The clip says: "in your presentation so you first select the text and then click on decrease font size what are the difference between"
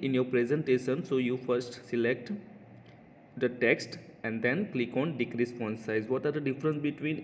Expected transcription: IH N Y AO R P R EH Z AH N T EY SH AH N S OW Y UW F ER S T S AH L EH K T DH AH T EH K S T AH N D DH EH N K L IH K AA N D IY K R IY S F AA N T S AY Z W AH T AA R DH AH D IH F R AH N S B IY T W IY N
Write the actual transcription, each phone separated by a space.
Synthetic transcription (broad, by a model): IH N Y AO R P R EH Z AH N T EY SH AH N S OW Y UW F ER S T S AH L EH K T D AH T EH K S T AH N D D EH N K L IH K AA N D IY K R IY S P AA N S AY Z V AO T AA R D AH D IH F R AH N S B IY T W IY N